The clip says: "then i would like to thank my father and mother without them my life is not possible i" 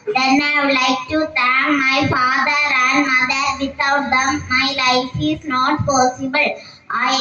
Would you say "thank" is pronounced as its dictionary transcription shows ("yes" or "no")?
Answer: no